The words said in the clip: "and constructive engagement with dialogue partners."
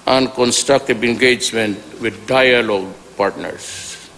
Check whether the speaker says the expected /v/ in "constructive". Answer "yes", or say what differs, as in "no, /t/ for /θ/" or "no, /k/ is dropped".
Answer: no, /b/ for /v/